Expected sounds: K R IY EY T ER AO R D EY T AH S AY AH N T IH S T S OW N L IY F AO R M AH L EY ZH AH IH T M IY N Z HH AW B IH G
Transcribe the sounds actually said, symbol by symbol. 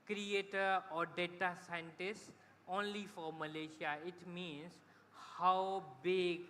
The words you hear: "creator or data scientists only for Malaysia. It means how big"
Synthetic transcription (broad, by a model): K R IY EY T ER AO R D EY T AH S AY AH N T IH S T OW N L IY F AO R M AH L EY SH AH IH T M IY N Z HH AW B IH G